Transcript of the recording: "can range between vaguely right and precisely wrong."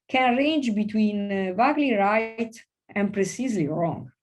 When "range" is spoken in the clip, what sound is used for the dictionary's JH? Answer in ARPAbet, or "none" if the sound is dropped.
JH